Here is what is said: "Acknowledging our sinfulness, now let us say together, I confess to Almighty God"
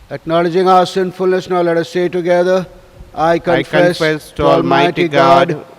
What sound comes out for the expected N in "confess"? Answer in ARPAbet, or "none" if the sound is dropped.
none